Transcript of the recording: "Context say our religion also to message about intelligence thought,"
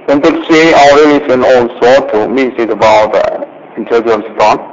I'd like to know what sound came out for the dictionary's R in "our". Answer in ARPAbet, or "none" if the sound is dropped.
L